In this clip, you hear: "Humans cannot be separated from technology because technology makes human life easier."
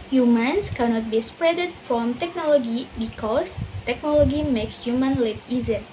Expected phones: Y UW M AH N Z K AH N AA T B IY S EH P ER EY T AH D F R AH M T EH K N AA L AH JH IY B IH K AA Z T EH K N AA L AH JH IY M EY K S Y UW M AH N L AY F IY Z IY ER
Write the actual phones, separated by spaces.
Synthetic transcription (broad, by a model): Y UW M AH N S K AH N AA T B IY S P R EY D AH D F R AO M T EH K N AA L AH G IY B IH K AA S T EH K N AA L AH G IY M EY K S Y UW M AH N L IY P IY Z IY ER